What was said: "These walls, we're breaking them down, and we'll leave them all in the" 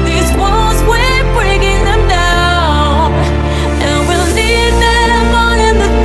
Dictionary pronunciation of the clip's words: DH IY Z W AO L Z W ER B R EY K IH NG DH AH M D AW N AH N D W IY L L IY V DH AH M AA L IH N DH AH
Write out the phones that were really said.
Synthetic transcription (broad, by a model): DH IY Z W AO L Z W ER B R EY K IH NG DH AH M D AW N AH N W IY L N IY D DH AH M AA N IH N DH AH